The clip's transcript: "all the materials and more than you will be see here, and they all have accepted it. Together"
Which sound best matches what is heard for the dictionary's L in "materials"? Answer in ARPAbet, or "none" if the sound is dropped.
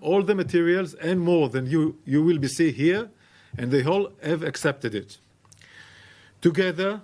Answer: L